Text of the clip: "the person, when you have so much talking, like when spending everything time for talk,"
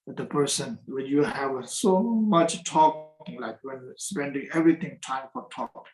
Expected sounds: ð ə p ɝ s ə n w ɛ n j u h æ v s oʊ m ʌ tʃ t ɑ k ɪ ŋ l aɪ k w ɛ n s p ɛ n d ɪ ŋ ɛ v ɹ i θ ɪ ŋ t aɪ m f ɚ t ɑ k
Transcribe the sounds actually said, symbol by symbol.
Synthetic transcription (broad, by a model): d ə p ɝ s ə n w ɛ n j u h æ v s oʊ m ʌ tʃ t ɑ k ɪ ŋ l aɪ k w ɛ n s p ɛ n d ɪ ŋ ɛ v ɹ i t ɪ ŋ t aɪ m f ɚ t ɑ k